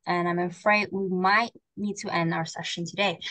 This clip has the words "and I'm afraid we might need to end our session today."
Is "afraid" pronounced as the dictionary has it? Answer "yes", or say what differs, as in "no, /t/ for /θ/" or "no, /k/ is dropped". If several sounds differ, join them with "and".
yes